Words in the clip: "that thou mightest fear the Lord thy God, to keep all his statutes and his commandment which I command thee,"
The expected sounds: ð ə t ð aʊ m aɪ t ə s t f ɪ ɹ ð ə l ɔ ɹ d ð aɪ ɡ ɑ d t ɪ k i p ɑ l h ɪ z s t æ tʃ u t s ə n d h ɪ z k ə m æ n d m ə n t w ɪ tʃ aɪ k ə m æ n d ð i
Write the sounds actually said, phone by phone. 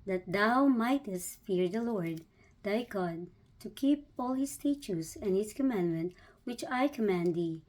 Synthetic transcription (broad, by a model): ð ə t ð aʊ m aɪ t ə s t f ɪ ɹ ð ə l ɔ ɹ d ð aɪ ɡ ɑ d t ɪ k i p ɑ l h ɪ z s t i tʃ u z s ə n h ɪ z k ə m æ n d m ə n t w ɪ tʃ aɪ k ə m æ n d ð i